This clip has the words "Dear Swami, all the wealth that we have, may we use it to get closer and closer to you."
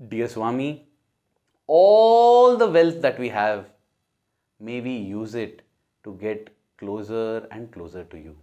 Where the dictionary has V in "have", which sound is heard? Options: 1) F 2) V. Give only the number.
2